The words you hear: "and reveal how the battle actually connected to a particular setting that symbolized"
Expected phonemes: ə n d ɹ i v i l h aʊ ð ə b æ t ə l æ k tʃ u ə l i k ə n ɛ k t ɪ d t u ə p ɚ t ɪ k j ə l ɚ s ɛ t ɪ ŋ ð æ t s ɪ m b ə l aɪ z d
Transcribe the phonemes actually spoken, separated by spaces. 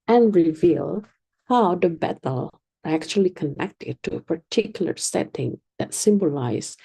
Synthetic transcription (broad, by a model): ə n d ɹ i v i l h aʊ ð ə b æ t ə l æ k tʃ u ə l i k ə n ɛ k t ɪ d t u ə p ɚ t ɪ k j l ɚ s ɛ t ɪ ŋ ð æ t s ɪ m b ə l aɪ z